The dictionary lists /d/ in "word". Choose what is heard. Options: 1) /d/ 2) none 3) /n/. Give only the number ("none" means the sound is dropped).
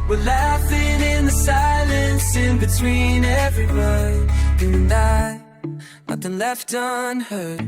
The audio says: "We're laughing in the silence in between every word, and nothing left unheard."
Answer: 2